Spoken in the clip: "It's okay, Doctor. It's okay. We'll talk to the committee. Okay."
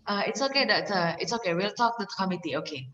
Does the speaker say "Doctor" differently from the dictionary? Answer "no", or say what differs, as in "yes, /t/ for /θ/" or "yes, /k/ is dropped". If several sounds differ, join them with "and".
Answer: yes, /k/ is dropped